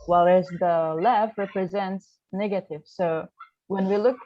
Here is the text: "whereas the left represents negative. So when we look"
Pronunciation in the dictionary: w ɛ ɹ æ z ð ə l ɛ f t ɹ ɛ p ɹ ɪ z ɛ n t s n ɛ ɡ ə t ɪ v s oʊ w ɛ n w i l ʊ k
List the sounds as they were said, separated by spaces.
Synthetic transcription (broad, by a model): w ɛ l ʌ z ð ə l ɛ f ɹ ɛ p ɹ ɪ z ɛ n t s n ɛ ɡ ə t ɪ v s oʊ w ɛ n w i l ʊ k